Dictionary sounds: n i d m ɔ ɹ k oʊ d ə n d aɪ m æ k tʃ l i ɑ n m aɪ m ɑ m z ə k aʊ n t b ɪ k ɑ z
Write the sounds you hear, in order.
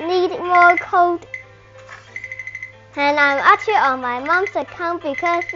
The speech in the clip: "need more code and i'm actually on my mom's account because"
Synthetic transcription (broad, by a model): n i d m ɔ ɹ k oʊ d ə n aɪ m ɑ tʃ i ɑ n m aɪ m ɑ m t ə k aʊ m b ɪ k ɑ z